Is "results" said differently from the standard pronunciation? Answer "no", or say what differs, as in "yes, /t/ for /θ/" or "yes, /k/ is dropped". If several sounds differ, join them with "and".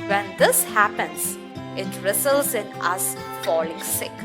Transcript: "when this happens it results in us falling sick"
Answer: yes, /s/ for /z/